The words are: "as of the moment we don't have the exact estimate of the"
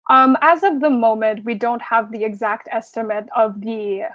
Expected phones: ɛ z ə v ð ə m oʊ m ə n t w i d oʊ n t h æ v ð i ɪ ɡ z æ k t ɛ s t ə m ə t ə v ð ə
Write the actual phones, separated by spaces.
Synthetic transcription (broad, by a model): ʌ z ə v ð ə m oʊ m ə n t w i d oʊ n t h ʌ v ð i ɪ ɡ z æ k t ɛ s t ə m ə t ə v ð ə